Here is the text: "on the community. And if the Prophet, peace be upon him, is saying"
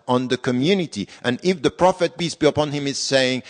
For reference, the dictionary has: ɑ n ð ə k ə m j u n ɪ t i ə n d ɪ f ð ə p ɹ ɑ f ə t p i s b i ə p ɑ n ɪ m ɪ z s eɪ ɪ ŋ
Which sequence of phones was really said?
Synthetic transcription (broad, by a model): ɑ n ð ə k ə m j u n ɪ t i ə n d ɪ f ð ə p ɹ ɑ f ə t b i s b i ə p ɑ n ɪ m ɪ z s eɪ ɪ ŋ